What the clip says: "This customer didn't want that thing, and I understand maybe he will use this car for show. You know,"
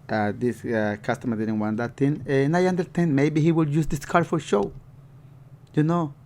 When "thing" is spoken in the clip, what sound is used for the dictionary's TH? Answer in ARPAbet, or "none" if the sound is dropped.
T